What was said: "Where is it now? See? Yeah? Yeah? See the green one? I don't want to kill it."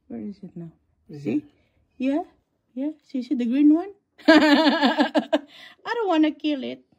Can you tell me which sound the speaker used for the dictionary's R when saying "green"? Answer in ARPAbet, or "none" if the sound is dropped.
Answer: R